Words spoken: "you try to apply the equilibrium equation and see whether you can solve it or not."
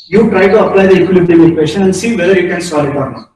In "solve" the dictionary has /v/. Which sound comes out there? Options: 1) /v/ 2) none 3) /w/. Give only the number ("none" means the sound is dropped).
2